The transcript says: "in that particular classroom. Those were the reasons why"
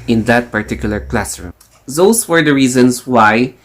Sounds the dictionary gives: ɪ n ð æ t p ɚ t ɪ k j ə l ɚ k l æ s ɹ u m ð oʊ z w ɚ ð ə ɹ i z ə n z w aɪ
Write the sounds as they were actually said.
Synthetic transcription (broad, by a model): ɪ n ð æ t p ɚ t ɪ k j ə l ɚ k l æ s ɹ u m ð oʊ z w ɚ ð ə ɹ i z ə n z w aɪ